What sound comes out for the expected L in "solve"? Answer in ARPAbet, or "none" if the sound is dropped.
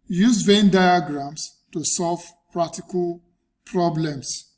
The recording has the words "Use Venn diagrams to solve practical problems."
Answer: L